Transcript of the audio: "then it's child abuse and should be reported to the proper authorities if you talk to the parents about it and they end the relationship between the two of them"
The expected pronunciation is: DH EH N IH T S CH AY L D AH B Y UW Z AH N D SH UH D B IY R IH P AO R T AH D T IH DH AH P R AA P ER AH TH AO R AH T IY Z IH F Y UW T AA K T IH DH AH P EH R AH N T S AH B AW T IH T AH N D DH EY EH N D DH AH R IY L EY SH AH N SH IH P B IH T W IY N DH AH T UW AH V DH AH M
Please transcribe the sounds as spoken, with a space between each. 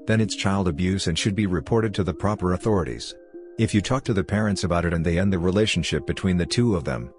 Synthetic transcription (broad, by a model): DH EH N IH T S CH AY L D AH B Y UW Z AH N SH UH D B IY R IH P AO R T AH D T IH DH AH P R AA P ER AH TH AO R AH T IY Z IH F Y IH T AA K T IH DH AH P EH R AH N T S AH B AW T IH T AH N DH EY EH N DH AH R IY L EY SH N SH IH P B IH T W IY N DH AH T UW AH V DH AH M